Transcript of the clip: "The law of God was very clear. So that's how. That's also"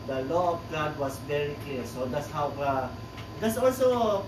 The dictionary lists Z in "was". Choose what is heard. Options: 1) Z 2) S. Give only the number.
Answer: 2